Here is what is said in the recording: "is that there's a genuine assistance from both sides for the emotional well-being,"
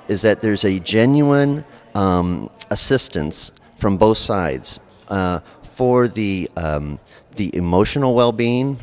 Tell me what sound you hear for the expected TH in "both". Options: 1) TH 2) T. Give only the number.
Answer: 1